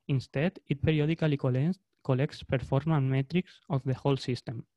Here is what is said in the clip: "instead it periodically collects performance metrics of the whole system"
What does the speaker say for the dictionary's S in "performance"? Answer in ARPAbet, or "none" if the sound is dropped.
none